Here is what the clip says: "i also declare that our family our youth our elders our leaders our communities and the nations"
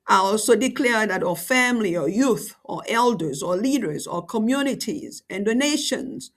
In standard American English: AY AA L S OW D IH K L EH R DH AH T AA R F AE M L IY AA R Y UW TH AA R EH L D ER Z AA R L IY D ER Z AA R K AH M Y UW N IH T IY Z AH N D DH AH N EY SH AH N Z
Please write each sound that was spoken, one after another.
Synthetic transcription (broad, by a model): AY AA L S OW D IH K L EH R DH AH T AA F AE M L IY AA Y UW TH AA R EH L D ER Z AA L IY D ER Z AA K AH M Y UW N IH T IY Z AH N D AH N EY SH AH N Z